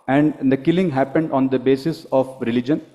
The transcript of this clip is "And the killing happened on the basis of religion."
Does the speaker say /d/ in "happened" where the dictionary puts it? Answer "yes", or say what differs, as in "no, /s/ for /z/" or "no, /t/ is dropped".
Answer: yes